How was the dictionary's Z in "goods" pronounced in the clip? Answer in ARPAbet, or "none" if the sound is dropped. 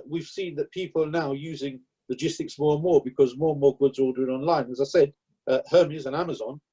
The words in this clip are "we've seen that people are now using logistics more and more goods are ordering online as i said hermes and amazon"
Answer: Z